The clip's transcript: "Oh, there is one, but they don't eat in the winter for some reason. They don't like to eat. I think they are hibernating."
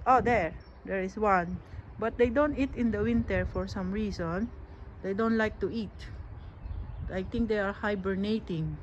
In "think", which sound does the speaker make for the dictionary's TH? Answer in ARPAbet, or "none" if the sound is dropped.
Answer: T